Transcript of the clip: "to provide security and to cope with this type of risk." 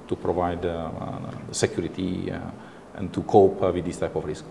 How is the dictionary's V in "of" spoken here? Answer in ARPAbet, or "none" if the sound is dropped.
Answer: F